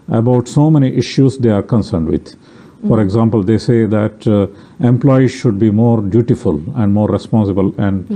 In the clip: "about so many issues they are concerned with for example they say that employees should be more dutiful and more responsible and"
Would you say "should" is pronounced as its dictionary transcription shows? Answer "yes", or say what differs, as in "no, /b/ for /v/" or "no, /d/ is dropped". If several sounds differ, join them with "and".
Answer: yes